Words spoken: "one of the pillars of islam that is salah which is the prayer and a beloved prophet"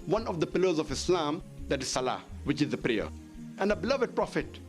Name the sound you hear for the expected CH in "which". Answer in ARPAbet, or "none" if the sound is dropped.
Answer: CH